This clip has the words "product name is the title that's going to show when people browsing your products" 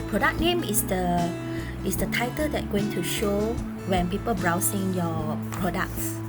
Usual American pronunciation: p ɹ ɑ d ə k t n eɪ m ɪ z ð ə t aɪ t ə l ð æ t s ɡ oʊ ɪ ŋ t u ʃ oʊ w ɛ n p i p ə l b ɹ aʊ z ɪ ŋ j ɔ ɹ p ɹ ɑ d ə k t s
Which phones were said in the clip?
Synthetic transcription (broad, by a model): p ɹ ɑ d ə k n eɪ m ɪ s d ə t aɪ t ə l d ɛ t ɡ oʊ ɪ ŋ t u ʃ oʊ w ɛ n p i p ə l b ɹ aʊ s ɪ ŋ j ɔ p ɹ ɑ d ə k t s